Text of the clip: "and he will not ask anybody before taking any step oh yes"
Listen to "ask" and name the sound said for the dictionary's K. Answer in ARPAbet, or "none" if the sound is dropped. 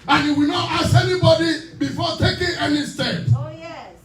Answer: none